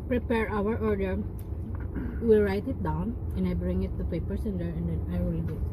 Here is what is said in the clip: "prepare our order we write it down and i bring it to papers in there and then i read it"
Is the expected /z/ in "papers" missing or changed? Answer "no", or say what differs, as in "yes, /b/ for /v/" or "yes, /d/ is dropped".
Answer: yes, /s/ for /z/